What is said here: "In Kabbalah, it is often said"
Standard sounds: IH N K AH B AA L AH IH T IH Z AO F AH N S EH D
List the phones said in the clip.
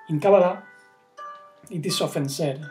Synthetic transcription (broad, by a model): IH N K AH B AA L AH IH T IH S AO F AH N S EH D